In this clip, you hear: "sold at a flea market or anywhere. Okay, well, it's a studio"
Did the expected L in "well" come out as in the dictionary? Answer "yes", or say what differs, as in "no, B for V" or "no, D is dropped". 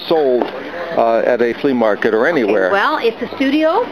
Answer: yes